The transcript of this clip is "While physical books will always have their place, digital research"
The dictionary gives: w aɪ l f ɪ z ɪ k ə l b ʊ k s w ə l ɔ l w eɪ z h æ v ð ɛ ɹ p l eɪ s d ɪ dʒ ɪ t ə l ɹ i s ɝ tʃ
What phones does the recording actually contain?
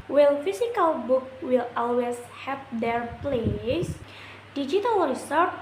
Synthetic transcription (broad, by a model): w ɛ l f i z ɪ k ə l b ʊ k w ə l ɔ l w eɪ s h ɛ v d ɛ ɹ p l eɪ s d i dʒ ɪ t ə l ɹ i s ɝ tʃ